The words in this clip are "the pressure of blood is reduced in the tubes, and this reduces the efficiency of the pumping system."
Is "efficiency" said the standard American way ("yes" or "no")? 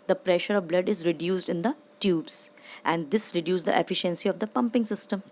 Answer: yes